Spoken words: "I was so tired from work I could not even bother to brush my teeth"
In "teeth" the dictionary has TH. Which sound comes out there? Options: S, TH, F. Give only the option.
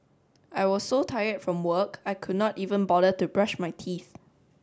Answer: TH